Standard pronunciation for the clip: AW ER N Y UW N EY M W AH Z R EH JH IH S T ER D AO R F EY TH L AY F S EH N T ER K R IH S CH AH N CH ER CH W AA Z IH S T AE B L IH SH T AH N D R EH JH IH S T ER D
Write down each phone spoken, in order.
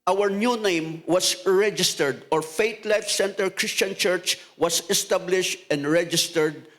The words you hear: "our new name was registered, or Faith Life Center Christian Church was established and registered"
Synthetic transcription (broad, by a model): AW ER N Y UW N EY M W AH S R EH JH IH S T ER D AO R F EY T L AY F S EH N T ER K R IH S CH AH N CH ER CH W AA S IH S T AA B L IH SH T AH N D R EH JH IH S T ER D